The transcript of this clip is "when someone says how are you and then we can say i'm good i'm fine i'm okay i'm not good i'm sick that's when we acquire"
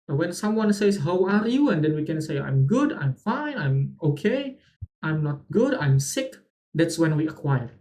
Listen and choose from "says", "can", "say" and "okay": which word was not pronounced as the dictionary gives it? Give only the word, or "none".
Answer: says